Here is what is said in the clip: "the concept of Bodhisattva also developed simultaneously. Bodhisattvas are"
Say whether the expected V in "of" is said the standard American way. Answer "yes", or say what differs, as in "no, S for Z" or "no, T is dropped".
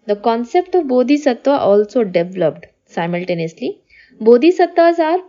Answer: yes